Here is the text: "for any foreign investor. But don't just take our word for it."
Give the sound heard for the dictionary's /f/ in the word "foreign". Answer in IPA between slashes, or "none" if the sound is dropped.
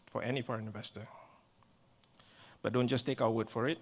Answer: /f/